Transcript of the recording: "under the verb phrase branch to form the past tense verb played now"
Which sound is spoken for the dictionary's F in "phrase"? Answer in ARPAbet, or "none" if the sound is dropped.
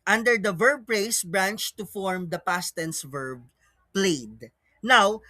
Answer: P